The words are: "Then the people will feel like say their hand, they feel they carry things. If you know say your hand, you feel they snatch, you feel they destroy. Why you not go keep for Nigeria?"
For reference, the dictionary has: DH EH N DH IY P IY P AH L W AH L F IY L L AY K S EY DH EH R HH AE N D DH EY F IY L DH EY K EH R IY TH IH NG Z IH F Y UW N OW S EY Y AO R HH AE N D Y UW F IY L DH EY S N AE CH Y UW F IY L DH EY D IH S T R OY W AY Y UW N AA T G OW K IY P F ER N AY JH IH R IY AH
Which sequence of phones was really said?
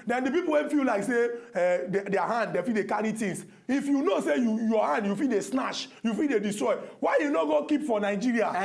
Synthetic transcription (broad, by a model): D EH N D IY P IY P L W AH N F IY L L AY K S EY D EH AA HH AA N D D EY F IY L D EY K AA R IY T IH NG S IH F Y UW N OW S EY Y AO HH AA N D Y UW F IY L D EY S N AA SH Y UW F IY L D EY D IH S T R OY W AY Y UW N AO G OW K IY P F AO N AY JH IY R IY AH